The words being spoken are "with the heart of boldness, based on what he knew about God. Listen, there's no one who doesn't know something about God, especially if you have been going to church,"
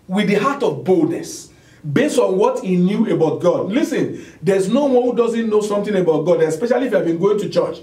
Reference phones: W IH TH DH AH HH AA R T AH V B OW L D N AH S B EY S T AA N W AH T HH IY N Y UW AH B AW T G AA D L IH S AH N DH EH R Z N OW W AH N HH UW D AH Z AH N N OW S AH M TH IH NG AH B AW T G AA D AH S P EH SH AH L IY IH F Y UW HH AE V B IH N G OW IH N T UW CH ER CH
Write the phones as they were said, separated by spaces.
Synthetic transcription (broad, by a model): W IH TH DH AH HH AA T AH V B OW L D N AH S B EY S T AA N W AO T HH IY N Y UW AH B AW T G AA D L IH S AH N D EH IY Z N OW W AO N HH UW D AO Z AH N N OW S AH M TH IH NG AH B AW T G AA D AH S P EH SH AH L IY F Y UW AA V B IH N G OW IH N T UW CH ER CH